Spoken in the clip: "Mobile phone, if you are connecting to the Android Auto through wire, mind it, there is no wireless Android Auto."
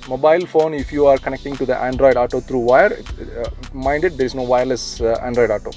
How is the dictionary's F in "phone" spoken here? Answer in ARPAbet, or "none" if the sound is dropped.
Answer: F